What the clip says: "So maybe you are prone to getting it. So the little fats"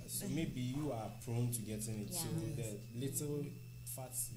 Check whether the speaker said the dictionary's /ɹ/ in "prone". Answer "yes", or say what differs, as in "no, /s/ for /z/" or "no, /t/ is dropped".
yes